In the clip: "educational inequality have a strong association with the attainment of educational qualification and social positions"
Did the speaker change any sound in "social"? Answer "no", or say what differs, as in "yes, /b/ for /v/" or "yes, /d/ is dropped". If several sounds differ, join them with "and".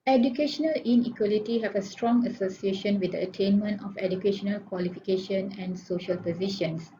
no